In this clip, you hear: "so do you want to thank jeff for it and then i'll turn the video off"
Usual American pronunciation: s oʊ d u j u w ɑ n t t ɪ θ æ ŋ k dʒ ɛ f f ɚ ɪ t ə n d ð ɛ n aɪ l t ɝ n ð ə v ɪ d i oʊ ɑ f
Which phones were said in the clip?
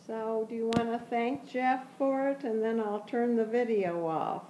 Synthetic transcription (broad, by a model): s oʊ d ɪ j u w ɑ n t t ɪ θ æ ŋ k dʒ ɛ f f ɚ ɪ t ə n ð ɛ n aɪ l t ɝ n ð ə v ɪ d i oʊ ɑ f